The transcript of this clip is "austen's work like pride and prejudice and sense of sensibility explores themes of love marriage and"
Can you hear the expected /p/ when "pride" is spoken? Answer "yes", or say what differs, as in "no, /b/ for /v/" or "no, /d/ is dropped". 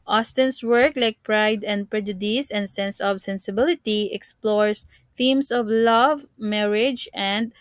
yes